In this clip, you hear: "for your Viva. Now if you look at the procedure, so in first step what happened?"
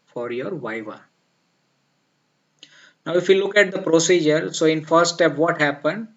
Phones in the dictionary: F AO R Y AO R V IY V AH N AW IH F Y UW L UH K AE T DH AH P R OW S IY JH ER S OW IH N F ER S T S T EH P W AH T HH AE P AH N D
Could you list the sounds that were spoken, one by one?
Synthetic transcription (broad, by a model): F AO R Y AO R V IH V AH N AW IH F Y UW L UH K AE T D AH P R OW S IY JH ER S OW IH N F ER T S T EH P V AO T HH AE P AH N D